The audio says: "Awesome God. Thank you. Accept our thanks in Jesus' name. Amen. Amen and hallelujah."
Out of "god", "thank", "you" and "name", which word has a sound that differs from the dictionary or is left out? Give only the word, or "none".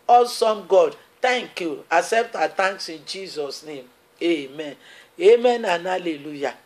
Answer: thank